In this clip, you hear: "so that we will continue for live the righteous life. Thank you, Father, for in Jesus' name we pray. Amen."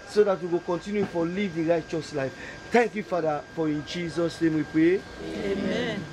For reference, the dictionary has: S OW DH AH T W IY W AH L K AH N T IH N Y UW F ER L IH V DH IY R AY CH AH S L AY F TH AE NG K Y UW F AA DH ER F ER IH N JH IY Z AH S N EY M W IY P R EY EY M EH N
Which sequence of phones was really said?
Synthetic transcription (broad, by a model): S OW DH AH T W IY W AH K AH N T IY N Y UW F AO L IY V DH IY R AY CH AH S L AY F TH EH NG K Y UW F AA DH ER F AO IH N JH IY Z AH S N EY M W IY P R EY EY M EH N